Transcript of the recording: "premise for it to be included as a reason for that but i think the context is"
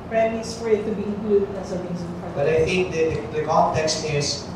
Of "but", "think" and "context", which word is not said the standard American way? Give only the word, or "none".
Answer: think